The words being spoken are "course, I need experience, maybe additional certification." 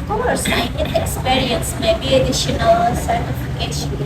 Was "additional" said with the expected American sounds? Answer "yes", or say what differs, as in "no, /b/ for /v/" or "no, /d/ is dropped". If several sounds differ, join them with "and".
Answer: yes